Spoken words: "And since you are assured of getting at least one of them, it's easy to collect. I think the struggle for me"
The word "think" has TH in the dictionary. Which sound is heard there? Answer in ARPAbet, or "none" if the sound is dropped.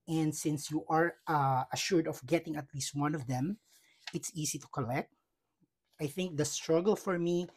TH